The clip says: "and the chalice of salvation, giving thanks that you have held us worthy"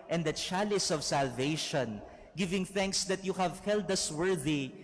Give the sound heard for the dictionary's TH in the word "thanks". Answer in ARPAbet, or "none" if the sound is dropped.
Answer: TH